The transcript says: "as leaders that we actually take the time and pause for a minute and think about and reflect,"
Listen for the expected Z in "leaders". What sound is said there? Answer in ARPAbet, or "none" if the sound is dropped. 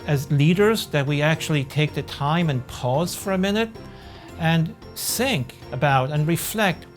Z